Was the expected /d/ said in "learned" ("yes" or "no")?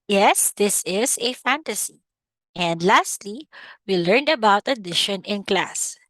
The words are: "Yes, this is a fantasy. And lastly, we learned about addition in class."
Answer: yes